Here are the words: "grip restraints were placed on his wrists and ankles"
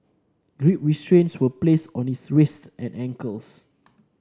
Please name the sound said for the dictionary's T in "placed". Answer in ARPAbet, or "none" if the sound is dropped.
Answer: none